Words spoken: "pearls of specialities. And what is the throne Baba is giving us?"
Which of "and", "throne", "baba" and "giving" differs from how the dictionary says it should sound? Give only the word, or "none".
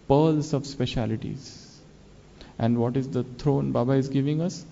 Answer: throne